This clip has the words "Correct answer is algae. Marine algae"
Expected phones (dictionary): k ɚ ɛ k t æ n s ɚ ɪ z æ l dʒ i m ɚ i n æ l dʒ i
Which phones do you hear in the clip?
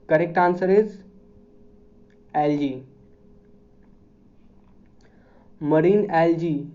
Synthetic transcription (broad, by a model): k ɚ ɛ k t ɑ n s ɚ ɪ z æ l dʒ i m ɚ i n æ l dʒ i